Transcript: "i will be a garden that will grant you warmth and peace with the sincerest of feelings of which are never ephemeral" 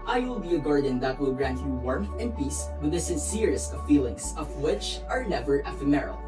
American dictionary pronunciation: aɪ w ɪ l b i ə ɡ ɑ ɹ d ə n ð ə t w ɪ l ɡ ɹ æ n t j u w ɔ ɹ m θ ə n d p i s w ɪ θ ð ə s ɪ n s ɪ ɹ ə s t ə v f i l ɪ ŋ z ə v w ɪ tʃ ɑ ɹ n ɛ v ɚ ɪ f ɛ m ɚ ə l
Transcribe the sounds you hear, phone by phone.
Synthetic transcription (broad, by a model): aɪ w ɪ l b i ə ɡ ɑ ɹ d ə n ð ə t w ɪ l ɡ ɹ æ n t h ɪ w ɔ ɹ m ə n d p i s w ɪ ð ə s ɪ n s ɪ ɹ ə s t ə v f i l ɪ ŋ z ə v w ɪ tʃ ɑ ɹ n ɛ v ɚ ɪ f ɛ m ɚ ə l